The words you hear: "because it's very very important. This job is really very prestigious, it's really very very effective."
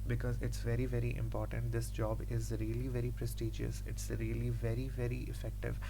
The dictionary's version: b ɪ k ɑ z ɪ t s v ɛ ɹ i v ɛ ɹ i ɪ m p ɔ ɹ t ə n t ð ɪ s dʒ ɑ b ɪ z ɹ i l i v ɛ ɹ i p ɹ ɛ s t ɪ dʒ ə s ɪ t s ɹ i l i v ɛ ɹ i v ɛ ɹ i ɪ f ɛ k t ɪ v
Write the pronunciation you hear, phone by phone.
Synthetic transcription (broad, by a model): b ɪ k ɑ z ɪ t s v ɛ ɹ i v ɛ ɹ i ɪ m p ɔ ɹ t ə n t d ɪ s dʒ ɑ b ɪ z ɹ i l i v ɛ ɹ i p ɹ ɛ s t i dʒ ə s ɪ t s ɹ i l i v ɛ ɹ i v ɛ ɹ i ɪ f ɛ k t ɪ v